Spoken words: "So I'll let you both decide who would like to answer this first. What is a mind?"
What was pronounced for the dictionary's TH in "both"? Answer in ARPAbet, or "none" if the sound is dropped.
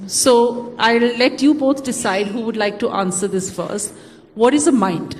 T